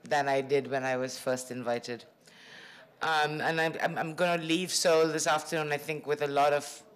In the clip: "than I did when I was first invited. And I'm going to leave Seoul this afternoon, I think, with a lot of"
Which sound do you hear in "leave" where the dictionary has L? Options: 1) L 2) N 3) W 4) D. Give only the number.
1